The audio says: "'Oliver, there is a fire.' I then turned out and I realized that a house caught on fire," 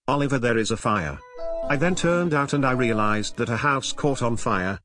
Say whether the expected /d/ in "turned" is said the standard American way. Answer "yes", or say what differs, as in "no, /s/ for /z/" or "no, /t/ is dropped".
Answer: yes